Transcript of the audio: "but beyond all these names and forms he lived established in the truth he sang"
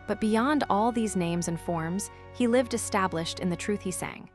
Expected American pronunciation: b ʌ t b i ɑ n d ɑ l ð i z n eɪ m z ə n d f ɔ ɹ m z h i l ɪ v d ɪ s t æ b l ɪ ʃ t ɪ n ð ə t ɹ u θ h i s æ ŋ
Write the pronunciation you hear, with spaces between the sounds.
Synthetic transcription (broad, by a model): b ʌ t b i ɑ n d ɑ l ð i z n eɪ m z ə n f ɔ ɹ m z h i l ɪ v d ɪ s t æ b l ɪ ʃ t ɪ n ð ə t ɹ u θ h i s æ ŋ